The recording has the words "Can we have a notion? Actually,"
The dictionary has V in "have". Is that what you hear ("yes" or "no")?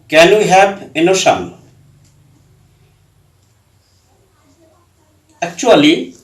no